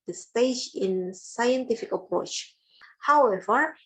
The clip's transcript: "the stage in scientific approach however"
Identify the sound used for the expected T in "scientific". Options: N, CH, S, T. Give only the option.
T